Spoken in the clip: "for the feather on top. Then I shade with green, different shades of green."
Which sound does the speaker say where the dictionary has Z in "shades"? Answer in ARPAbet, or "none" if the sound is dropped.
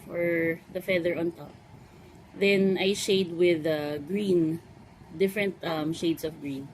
S